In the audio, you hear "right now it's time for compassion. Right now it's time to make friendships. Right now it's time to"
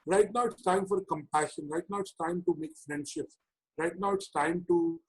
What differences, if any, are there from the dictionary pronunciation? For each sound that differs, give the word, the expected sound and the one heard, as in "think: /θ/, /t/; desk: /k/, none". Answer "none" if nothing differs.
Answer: friendships: /s/, none